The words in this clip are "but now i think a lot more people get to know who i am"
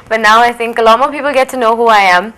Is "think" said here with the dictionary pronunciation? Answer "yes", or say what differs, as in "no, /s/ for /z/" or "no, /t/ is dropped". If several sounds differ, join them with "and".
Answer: yes